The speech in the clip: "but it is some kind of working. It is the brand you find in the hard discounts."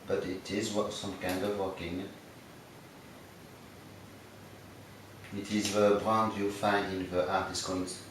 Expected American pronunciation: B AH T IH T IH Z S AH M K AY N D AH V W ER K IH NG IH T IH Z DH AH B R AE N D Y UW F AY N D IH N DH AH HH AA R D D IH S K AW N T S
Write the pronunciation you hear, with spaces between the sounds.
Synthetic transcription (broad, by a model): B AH T IH T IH Z S AH M K AY N D AH V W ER K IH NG IH T IH Z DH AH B R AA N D Y UW F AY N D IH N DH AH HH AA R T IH S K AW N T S